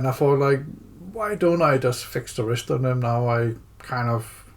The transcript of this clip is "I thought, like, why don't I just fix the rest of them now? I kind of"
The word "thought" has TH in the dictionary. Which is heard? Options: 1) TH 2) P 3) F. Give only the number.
3